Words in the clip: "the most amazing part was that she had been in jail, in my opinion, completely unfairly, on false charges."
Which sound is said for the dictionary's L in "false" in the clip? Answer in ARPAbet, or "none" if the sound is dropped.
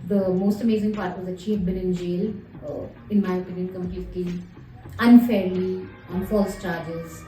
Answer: L